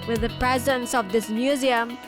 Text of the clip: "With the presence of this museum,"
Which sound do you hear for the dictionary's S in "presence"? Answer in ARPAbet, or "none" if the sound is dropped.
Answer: S